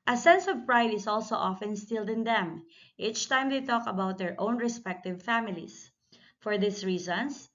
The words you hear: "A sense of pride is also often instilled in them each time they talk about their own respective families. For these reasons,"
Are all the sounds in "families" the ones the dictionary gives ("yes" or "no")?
no